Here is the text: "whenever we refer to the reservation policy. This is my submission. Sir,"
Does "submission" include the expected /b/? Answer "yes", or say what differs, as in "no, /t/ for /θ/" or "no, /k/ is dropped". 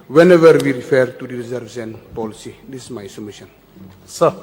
no, /b/ is dropped